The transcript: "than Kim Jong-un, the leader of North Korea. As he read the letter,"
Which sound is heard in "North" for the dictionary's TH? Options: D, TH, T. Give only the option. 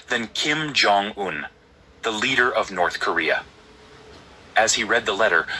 TH